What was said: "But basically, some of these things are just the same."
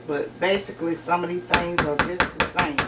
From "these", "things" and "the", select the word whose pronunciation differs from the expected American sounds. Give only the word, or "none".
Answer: these